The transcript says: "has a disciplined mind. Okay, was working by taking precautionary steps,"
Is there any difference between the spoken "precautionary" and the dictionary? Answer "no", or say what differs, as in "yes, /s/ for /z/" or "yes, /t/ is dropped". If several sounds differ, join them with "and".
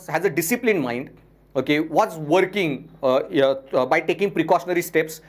no